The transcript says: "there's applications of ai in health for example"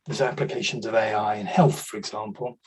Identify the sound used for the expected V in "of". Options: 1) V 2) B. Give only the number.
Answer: 1